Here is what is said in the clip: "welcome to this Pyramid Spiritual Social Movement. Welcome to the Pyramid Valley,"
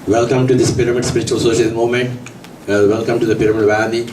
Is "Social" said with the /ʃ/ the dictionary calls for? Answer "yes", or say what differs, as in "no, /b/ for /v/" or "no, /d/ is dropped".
no, /ʃ/ is dropped